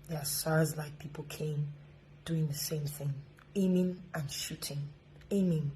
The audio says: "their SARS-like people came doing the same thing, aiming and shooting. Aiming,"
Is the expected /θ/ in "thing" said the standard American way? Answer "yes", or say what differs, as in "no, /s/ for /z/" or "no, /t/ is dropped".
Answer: yes